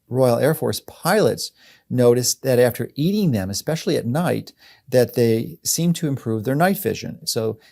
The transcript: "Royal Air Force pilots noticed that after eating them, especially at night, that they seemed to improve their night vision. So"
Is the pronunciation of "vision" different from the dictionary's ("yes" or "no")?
no